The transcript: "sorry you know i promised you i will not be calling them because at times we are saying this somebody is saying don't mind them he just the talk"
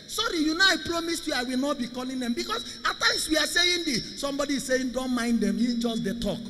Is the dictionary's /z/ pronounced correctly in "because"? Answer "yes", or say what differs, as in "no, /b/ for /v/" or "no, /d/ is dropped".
no, /s/ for /z/